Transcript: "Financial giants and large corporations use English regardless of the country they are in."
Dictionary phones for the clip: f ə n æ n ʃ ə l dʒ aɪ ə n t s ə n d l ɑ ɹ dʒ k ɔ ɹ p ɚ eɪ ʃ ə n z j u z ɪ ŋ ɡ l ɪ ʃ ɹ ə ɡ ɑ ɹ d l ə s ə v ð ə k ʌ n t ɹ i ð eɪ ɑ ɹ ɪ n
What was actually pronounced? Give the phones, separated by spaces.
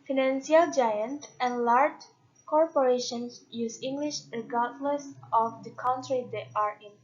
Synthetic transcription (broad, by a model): f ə n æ n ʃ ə l dʒ aɪ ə n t ə n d l ɑ ɹ dʒ k ɔ ɹ p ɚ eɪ ʃ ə n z j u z ɪ ŋ ɡ l ɪ ʃ ɹ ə ɡ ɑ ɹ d l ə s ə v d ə k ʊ n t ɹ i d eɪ ɑ ɹ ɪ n